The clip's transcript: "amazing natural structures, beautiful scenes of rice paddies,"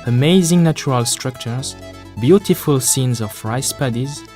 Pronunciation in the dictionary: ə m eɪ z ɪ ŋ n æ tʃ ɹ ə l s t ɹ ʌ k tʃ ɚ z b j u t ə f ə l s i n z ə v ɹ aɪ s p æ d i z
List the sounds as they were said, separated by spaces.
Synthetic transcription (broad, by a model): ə m eɪ z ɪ ŋ n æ tʃ ɹ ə l s t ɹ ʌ k tʃ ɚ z b j u t ə f ə l s i n z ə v ɹ aɪ s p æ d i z